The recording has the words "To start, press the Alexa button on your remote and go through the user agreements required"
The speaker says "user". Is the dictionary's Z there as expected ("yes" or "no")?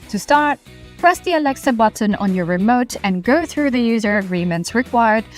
yes